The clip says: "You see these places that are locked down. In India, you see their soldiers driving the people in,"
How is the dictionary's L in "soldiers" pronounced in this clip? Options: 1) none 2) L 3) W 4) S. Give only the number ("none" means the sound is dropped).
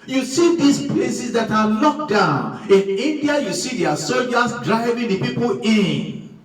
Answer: 1